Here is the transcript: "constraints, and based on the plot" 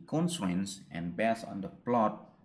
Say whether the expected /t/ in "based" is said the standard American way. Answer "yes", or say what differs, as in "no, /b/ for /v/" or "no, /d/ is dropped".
no, /t/ is dropped